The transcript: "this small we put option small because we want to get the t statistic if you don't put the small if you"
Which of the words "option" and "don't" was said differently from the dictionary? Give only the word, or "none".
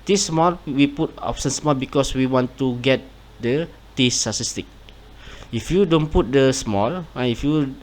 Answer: option